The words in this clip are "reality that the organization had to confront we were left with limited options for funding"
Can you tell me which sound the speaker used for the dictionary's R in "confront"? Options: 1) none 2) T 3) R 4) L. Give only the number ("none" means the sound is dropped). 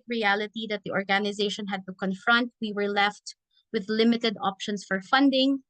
3